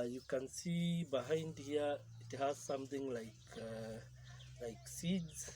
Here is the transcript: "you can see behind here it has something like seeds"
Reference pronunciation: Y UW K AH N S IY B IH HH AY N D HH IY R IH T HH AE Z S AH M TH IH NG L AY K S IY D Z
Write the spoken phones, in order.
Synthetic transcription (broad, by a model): Y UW K AH N S IY B IH HH AY N D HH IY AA IH T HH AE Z S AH M T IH NG L AY K S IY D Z